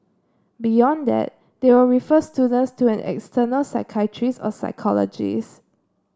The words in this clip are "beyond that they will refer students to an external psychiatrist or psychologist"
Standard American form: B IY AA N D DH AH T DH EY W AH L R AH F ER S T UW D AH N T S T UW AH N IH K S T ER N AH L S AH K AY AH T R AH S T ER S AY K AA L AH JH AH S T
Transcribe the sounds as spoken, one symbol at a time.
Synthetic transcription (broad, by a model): B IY AA N D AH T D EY W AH R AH F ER S T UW D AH N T S T UW AH N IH K S T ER N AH L S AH K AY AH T R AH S AO S AY K AA L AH JH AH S